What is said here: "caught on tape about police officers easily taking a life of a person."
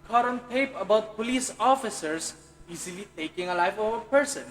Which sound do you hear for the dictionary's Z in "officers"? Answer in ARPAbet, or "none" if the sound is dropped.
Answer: S